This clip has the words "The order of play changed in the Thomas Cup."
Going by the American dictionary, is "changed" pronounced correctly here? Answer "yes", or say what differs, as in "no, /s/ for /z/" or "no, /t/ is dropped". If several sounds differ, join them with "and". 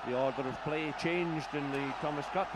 yes